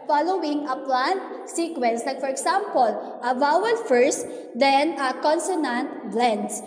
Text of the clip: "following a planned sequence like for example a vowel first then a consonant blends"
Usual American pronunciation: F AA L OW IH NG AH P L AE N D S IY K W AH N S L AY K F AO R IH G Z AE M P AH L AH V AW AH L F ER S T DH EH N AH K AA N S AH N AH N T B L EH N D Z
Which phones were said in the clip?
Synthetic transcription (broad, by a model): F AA L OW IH NG AH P L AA N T S IY K W AH N S L AY K F AO R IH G S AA M P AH L AH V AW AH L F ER S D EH N AH K AA N S AH N AH N T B L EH N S